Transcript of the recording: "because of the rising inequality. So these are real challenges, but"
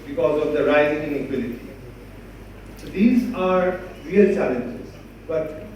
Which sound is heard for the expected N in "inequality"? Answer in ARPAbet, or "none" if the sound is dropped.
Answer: L